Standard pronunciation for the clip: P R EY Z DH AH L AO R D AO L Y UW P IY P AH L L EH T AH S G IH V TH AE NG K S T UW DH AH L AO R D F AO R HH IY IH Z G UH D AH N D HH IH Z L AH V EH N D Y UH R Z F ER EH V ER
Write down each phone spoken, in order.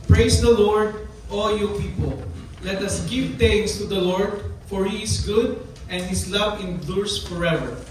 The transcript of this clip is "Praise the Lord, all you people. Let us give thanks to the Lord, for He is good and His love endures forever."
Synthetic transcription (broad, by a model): P R EY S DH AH L AO R D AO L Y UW P IY P AH L L EH T AH S G IH V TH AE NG S T UW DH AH L AO R D F AO R HH IY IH S G UH D AH N D HH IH S L AH V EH N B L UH R S F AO EH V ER